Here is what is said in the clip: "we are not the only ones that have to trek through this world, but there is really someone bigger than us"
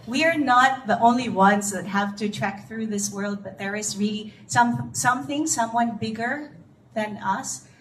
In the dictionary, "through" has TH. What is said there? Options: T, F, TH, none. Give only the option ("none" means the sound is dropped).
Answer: TH